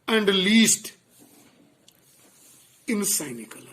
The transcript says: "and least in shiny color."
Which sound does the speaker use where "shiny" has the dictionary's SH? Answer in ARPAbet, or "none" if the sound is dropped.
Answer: S